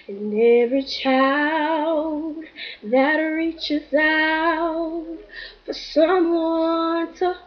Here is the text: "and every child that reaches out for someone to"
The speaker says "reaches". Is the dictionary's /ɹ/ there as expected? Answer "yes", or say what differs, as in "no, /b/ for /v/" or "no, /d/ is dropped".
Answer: yes